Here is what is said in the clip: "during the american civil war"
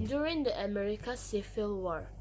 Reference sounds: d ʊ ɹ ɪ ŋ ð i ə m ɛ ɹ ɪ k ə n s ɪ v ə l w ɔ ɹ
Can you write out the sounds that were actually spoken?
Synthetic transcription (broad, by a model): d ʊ ɹ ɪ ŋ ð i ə m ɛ ɹ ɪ k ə s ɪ f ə l w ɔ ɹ